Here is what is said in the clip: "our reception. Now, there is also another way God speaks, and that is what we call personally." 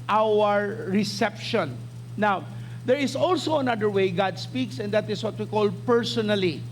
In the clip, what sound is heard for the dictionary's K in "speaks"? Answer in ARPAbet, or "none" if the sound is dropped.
K